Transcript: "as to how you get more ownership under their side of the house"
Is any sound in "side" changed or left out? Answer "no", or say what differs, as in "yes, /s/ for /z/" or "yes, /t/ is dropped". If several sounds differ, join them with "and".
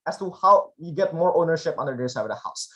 yes, /d/ is dropped